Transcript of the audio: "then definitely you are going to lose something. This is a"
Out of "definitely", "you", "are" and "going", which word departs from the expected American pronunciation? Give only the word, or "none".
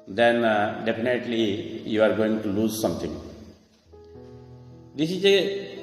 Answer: definitely